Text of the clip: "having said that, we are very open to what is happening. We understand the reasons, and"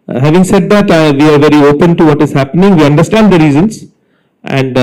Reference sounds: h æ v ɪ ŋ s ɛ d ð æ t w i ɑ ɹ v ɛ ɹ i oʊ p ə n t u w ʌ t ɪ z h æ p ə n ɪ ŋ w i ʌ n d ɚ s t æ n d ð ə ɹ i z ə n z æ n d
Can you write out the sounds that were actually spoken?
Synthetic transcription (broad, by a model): h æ v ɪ ŋ s ɛ d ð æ t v i ɑ ɹ v ɛ ɹ i oʊ p ə n t u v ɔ t ɪ z h æ p ə n ɪ ŋ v i ʌ n d ɚ s t æ n d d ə ɹ i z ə n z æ n d